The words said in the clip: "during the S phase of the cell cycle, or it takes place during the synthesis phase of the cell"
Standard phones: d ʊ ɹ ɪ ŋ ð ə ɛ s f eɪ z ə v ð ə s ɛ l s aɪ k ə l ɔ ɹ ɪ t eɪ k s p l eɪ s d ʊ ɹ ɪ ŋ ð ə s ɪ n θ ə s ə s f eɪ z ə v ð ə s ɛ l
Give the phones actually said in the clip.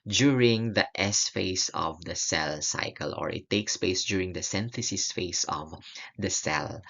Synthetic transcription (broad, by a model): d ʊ ɹ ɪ ŋ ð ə ɛ s f eɪ s ə v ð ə s ɛ l s aɪ k ə l ɔ ɹ ɪ t eɪ k s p eɪ s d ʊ ɹ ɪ ŋ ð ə s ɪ n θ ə s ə s f eɪ s ə v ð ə s ɛ l